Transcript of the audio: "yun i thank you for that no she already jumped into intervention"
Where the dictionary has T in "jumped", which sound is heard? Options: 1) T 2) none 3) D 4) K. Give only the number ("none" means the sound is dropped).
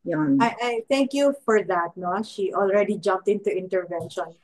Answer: 1